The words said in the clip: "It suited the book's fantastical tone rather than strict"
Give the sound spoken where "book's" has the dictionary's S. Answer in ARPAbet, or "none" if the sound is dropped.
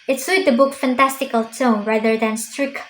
none